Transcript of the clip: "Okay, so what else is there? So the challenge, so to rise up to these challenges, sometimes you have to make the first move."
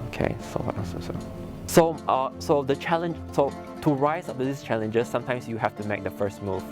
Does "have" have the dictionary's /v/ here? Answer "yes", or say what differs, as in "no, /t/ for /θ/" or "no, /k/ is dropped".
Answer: no, /f/ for /v/